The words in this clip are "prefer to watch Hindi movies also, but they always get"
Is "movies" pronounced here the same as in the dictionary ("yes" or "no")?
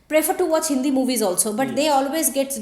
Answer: yes